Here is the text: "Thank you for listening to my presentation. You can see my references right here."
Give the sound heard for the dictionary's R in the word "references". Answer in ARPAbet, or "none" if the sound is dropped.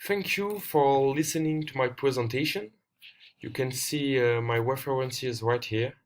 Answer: W